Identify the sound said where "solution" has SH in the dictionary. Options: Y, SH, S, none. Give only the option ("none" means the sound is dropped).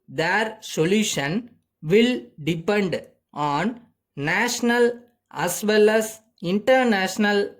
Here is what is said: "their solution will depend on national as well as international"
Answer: SH